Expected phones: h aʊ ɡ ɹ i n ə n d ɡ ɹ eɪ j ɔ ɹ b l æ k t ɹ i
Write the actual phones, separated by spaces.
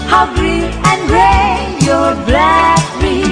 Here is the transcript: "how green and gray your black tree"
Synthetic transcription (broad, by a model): h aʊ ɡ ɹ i ə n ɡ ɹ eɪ j ɔ ɹ b l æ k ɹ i